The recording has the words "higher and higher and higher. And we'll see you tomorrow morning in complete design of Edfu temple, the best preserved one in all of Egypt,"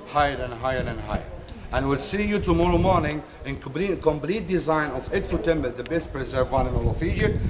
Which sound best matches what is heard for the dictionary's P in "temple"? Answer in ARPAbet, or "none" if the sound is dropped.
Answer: B